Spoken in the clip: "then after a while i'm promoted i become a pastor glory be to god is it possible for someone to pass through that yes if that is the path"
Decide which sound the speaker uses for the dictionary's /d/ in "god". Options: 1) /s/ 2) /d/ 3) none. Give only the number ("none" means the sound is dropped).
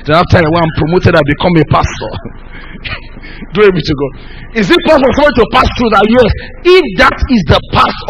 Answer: 3